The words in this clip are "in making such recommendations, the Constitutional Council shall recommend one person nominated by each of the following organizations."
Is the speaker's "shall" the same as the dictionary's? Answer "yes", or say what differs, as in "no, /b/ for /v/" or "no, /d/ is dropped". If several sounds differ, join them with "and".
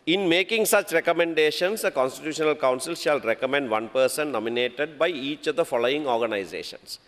yes